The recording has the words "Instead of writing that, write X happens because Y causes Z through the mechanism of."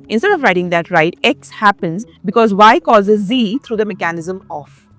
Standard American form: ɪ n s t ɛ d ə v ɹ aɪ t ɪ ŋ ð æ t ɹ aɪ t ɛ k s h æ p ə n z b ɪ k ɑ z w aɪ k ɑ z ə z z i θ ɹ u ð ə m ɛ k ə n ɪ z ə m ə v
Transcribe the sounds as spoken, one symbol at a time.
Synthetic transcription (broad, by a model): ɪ n s t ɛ d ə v ɹ aɪ t ɪ ŋ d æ t ɹ aɪ t ɛ k s h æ p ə n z b ɪ k ɑ z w aɪ k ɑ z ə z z i t ɹ u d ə m ɛ k ə n ɪ z ə m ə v